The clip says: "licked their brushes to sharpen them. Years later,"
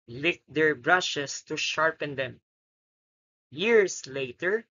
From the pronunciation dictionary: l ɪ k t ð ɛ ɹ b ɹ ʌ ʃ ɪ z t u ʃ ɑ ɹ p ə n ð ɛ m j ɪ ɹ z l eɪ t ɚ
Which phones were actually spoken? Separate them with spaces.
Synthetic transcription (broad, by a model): l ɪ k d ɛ ɹ b ɹ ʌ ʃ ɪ s t u ʃ ɑ ɹ p ə n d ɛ m j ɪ ɹ s l eɪ t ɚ